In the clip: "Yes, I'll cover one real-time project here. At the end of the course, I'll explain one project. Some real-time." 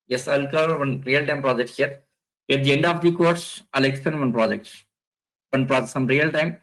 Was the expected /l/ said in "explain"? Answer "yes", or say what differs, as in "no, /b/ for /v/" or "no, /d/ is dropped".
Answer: no, /l/ is dropped